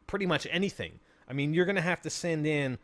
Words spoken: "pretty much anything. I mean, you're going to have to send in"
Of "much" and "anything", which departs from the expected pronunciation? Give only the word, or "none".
none